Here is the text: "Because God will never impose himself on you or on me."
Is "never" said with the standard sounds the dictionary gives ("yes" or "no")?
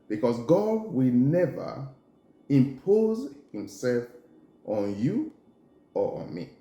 yes